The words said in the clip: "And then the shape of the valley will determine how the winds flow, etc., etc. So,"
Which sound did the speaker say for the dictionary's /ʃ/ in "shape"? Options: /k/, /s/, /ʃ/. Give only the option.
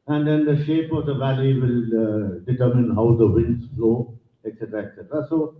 /ʃ/